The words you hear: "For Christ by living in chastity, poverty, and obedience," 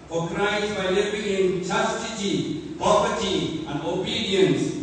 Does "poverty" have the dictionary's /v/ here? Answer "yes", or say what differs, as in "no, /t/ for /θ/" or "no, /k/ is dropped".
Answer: no, /p/ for /v/